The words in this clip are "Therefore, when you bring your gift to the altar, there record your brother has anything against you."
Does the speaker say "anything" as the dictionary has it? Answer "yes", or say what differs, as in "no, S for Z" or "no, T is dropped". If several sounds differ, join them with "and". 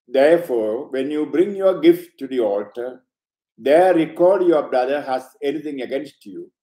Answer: no, T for TH